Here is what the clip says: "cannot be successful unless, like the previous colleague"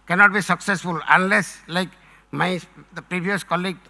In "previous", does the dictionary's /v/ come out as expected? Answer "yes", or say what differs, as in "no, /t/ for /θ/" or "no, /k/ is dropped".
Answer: no, /b/ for /v/